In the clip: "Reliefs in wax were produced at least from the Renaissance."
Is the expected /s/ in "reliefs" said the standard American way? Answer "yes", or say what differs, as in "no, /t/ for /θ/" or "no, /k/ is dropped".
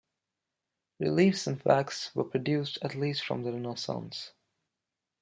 yes